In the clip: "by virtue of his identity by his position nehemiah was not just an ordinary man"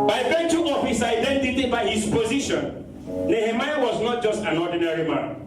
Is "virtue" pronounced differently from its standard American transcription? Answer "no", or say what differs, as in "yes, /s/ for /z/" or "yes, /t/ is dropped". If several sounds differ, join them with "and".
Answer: yes, /b/ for /v/